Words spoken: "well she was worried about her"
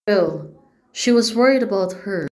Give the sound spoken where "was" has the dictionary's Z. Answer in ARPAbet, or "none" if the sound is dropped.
Z